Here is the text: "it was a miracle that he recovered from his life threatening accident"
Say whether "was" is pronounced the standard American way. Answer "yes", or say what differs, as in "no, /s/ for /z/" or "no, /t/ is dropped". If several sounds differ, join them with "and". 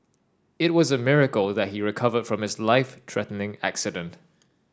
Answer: yes